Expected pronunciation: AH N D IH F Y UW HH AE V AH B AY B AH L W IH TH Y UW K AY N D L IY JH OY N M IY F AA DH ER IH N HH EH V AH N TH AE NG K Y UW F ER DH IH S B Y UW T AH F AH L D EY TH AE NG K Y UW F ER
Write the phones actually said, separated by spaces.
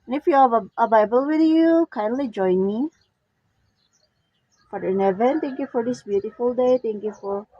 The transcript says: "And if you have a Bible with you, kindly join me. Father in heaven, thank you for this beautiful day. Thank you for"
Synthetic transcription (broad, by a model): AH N IH F Y UW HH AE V AH B AY B AH L W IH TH Y UW K AY N D L IY JH OY N M IY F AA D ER IH N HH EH V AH N T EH NG K Y UW F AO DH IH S B Y UW T AH F AH L D EY T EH NG K Y UW F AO